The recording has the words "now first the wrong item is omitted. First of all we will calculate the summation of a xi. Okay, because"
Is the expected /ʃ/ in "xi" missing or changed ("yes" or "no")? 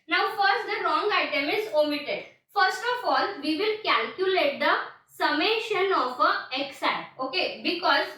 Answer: yes